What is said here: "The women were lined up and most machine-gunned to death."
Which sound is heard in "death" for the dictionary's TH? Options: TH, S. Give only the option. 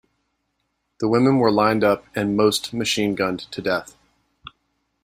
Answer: TH